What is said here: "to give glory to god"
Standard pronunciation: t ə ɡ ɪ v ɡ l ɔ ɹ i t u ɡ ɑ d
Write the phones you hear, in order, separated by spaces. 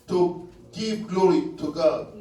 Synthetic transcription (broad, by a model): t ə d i p ɡ l ɔ ɹ i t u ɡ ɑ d